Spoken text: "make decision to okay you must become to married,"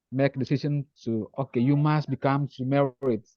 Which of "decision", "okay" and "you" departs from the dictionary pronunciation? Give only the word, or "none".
decision